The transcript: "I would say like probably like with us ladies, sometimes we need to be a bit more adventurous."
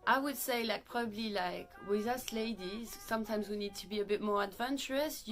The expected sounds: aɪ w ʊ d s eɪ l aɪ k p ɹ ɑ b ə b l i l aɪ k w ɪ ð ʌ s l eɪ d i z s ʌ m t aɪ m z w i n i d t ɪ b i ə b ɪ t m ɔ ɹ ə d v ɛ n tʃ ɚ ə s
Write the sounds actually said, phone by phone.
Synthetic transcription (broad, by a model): aɪ w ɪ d s eɪ l aɪ k p ɹ ɑ b ə b l i l aɪ k w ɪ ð ʌ s l eɪ d i z s ʌ m t aɪ m z w i n i d t ɪ b i ə b ɪ t m ɔ ɹ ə d v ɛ n tʃ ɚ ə s